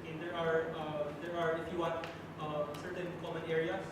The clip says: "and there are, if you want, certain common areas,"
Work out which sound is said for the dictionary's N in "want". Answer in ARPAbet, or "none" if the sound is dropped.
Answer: none